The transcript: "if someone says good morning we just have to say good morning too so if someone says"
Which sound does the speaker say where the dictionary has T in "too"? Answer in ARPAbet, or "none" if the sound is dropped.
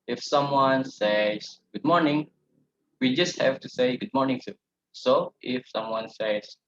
S